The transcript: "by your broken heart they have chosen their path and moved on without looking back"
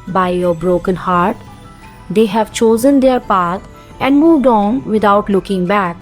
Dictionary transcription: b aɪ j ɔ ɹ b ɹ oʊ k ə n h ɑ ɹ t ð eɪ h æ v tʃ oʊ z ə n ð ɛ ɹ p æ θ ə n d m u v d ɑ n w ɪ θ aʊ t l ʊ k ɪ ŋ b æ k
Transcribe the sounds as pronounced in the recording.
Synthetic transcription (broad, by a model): b aɪ j ɔ ɹ b ɹ oʊ k ə n h ɑ ɹ t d eɪ h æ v tʃ oʊ z ə n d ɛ ɹ p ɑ t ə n d m u v d ɑ n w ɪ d aʊ t l ʊ k ɪ ŋ b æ k